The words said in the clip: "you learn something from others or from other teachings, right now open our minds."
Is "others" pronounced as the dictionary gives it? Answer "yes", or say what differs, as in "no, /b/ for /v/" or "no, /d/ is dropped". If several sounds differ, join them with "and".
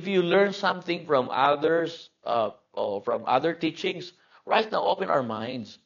no, /s/ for /z/